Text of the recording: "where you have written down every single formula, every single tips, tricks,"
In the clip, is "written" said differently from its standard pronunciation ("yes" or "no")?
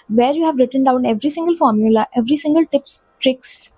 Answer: no